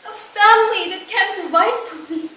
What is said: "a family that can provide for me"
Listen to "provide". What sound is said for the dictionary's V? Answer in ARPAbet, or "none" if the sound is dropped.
none